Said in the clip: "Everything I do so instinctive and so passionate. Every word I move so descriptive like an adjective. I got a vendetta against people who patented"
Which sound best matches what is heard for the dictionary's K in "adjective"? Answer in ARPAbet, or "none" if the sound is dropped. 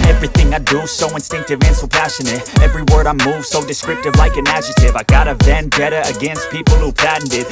none